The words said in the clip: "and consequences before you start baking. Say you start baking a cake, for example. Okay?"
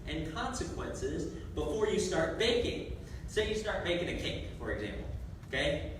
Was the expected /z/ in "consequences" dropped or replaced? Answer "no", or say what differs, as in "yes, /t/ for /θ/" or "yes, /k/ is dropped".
no